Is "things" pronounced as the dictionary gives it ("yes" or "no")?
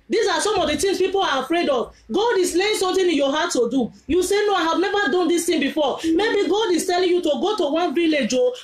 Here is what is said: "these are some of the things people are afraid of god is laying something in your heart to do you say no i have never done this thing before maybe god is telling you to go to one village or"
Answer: no